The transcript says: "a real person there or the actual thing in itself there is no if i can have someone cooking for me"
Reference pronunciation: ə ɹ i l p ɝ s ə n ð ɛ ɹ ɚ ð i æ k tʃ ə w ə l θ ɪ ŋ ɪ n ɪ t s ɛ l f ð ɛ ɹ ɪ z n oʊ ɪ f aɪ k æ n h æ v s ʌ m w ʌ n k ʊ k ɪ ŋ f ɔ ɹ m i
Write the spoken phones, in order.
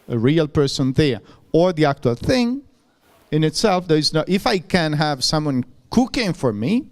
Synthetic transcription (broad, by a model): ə ɹ i l p ɝ s ə n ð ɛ ɹ ɚ ð i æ k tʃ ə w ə l θ ɪ ŋ ɪ n ɪ t s ɛ l f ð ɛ ɹ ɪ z n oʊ ɪ f aɪ k æ n h æ v s ʌ m w ʌ n k ʊ k ɪ ŋ f ɔ ɹ m i